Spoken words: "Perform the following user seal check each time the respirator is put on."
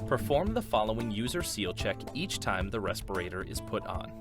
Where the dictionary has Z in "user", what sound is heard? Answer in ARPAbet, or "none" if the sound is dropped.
Z